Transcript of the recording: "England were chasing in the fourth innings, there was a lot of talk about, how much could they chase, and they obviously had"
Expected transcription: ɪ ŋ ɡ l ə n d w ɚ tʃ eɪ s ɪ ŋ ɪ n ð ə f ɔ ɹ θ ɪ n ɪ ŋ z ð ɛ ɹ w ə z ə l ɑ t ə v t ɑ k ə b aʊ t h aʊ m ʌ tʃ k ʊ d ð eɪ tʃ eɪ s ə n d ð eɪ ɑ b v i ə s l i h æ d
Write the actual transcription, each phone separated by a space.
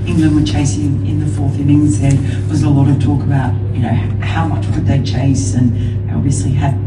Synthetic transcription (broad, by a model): ɪ ŋ ɡ l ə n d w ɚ tʃ eɪ s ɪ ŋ ɪ n ð ə f ɔ ɹ θ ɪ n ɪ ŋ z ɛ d w ə z ə l ɑ t ə v t ɑ k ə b aʊ t h aʊ m ʌ tʃ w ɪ d ð eɪ tʃ eɪ s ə n ɑ b v i ə s l i h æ